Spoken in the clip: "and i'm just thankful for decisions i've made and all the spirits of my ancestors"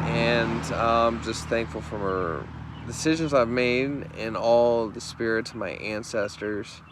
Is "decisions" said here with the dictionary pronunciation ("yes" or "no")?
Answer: yes